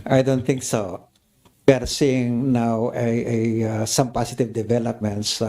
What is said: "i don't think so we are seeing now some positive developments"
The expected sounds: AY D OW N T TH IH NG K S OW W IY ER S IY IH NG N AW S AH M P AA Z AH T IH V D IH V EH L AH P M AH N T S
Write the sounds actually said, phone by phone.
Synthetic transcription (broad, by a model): AY D OW N T TH IH NG K S OW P ER S IY IH NG N AW S AH M P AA S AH T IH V D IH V EH L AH P M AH N T S